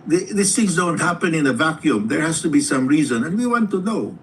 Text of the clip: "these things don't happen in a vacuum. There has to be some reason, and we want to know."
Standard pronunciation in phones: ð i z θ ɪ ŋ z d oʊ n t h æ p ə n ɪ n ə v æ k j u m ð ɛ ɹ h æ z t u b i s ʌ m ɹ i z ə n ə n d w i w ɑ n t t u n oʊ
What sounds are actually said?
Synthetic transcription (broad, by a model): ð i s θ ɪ ŋ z d oʊ n t h æ p ə n ɪ n ə v æ k j u m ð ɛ ɹ h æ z t u b i s ʌ m ɹ i z ə n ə n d w i w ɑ n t t u n oʊ